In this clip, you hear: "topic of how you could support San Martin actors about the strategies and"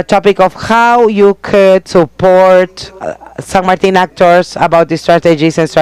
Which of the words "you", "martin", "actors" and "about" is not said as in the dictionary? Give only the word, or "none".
actors